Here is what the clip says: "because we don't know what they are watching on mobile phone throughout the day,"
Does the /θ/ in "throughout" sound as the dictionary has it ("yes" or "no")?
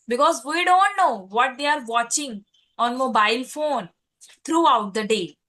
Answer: no